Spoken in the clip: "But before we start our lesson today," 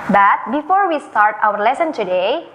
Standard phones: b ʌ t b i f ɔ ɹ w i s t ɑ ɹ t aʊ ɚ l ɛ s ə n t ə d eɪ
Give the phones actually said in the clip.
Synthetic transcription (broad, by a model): b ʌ t b i f ɔ ɹ w i s t ɑ ɹ t aʊ ɚ l ɛ s ə n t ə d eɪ